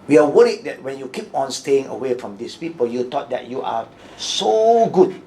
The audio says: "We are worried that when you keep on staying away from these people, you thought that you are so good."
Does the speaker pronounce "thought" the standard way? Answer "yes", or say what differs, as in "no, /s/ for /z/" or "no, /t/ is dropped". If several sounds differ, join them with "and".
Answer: no, /t/ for /θ/